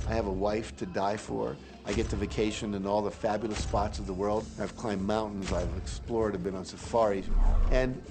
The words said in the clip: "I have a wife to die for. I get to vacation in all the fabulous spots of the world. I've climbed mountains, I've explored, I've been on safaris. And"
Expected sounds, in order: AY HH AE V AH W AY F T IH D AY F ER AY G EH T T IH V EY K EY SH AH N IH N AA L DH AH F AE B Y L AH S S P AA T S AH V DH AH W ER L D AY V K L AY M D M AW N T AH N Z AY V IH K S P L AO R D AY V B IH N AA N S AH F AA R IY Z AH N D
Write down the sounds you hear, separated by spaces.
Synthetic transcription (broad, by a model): AY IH V AH W AY F T IH D AY F ER AY G EH T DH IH V EY K EY SH AH N IH N AA L DH AH F AE B Y L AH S S P AA T S AH V DH AH W ER L D AY V K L AY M M AW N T N Z AY V IH K S P L AO R D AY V B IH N N S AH F AA R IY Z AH N